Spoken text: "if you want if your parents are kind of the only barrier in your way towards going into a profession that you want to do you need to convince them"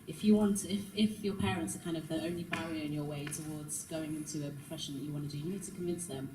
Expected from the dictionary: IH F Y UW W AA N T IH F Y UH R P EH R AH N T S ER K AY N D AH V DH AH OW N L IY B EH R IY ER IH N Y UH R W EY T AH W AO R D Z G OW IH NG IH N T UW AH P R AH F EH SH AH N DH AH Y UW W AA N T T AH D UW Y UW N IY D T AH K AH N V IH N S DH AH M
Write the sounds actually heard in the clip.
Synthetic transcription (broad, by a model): IH F Y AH W AA N T IH F Y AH P EH R AH N T S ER K AY N D AH V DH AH OW N L IY B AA IY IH IH N Y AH W EY T AH W AO D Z G OW IH NG IH N T UW AH P R AH F EH SH AH N DH AH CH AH W AA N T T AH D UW Y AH N IY D T AH K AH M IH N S DH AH M